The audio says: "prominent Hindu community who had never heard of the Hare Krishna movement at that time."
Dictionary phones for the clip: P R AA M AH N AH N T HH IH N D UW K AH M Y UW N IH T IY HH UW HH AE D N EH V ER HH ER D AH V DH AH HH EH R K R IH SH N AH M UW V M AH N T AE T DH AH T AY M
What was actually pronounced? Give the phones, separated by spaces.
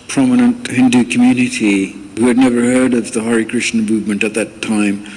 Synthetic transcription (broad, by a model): P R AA M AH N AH N T HH IH N D UW K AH M Y UW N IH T IY HH UW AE D N EH V ER HH ER D AH V DH AH HH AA R K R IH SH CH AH M UW V M AH N T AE T DH AH T AY M